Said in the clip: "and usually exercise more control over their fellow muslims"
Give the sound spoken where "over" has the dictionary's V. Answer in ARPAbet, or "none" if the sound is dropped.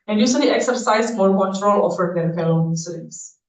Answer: F